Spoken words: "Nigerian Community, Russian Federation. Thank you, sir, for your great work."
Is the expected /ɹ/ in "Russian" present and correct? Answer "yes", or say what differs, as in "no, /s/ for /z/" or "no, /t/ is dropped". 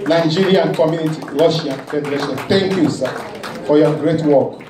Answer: no, /l/ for /ɹ/